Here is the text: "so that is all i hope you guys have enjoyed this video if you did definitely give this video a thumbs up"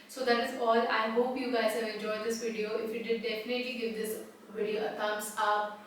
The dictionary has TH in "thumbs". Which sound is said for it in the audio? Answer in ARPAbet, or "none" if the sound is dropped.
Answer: T